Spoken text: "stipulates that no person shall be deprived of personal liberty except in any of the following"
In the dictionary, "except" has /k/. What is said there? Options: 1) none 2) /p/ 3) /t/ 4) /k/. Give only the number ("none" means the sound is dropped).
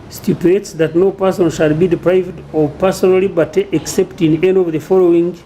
4